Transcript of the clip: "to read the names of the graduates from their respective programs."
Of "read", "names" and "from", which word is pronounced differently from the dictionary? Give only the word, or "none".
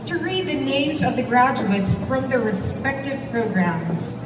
none